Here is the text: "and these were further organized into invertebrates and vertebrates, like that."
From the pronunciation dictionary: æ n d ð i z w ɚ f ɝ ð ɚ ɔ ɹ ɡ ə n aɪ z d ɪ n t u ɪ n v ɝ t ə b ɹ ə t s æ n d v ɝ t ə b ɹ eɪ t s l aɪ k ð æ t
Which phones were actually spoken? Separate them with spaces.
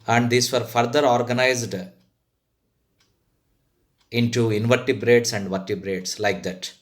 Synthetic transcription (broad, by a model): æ n d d i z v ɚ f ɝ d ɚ ɔ ɹ ɡ ə n aɪ z d ɪ n t u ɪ n v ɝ t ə b ɹ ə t s æ n d v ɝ t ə b ɹ eɪ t s l aɪ k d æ t